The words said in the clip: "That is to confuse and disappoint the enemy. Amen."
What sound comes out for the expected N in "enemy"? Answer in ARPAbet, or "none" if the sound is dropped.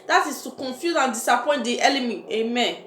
L